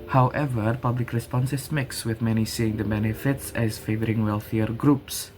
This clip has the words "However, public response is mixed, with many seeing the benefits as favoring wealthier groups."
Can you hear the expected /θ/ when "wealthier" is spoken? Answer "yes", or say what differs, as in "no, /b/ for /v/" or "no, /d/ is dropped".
yes